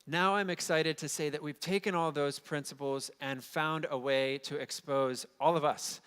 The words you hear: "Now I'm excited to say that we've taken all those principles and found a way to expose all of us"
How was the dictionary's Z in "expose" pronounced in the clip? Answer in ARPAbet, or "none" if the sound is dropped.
Z